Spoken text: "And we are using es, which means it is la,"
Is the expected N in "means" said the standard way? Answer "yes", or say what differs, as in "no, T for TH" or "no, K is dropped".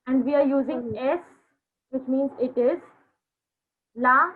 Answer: yes